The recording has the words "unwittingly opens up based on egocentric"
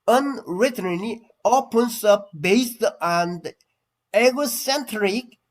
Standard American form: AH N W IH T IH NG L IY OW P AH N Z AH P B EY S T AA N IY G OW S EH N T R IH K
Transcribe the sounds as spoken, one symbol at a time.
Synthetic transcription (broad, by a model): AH N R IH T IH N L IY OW P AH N S AH P B EY S T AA N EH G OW S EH N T R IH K